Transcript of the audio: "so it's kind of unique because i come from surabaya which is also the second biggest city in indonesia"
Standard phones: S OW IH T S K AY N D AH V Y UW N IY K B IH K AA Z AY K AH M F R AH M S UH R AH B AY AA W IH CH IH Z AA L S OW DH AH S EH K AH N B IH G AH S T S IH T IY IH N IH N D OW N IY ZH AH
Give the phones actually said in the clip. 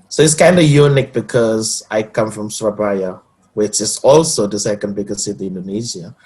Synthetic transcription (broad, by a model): S OW IH T S K AY N D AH Y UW N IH K B IH K AA Z AY K AH M F R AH M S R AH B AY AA W IH CH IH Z AA L S OW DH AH S EH K AH N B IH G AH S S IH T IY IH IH N D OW N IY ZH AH